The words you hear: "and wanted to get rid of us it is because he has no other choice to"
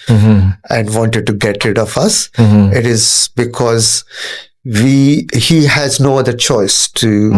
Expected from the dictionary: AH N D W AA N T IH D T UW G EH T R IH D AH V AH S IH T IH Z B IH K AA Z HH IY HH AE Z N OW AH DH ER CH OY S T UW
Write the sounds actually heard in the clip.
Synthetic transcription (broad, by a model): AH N D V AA N T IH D T UW G EH T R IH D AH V AH S IH T IH Z B IH K AA Z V IY HH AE Z N OW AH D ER CH OY S T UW